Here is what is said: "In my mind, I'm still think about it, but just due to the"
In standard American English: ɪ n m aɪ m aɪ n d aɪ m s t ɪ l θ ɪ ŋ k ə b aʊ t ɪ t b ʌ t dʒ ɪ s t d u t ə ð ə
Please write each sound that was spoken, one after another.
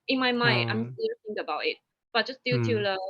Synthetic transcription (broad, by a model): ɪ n m aɪ m aɪ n aɪ m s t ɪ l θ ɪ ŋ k ə b aʊ t ɪ t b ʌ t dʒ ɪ s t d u t ə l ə